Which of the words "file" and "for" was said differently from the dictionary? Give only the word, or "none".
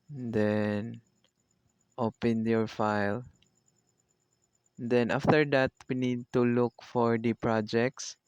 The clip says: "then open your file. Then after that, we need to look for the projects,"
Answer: none